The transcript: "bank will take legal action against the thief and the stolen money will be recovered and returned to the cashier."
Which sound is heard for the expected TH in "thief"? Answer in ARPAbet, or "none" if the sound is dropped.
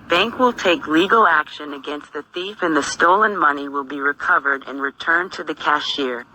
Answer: TH